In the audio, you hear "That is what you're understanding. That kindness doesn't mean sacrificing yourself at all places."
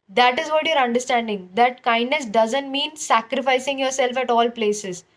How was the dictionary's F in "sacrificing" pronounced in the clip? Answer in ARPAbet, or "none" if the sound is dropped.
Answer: F